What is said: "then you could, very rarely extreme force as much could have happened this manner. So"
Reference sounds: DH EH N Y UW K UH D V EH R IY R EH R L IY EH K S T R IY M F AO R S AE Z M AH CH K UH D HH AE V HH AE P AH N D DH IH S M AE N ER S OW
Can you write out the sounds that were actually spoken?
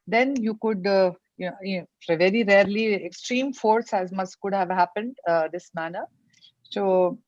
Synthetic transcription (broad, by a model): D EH N Y UW K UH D V EH R IY R EH R L IY EH K S T R IY M F AO R S AE Z M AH S K UH D HH AE V HH AE P AH N D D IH S M AE N ER S OW